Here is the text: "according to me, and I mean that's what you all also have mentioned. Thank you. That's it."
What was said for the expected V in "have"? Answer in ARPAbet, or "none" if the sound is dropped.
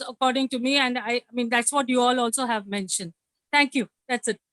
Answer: V